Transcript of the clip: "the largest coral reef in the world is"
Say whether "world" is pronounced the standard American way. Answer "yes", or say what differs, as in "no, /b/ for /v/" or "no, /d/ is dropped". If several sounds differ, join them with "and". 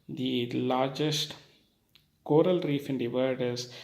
no, /l/ is dropped